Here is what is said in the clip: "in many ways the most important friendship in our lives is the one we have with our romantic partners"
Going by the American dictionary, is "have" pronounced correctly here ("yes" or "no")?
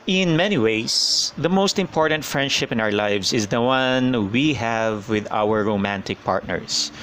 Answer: yes